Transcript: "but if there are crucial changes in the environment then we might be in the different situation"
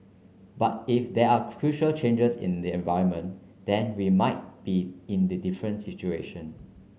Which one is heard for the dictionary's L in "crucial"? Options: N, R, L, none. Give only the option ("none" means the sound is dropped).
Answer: L